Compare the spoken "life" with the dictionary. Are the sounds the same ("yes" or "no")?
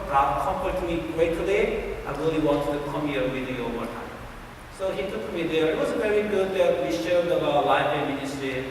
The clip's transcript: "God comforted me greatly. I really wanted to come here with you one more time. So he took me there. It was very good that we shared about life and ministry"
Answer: no